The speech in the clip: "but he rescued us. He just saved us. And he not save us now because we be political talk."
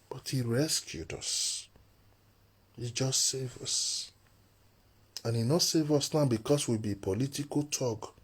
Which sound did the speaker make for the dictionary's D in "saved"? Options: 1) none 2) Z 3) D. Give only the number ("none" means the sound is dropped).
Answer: 1